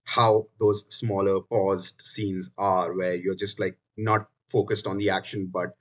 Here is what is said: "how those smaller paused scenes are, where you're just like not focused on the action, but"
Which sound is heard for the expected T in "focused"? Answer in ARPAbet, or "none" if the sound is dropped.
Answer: T